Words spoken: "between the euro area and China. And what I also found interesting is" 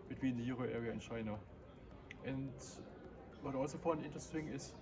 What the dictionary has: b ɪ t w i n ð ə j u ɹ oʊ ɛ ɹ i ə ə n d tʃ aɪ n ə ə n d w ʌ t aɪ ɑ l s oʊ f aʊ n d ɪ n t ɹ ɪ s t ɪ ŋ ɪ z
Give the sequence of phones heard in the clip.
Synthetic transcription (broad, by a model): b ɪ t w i n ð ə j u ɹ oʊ ɛ ɹ i ə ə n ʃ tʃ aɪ n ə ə n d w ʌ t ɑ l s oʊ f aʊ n ɪ n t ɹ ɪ s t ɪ ŋ ɪ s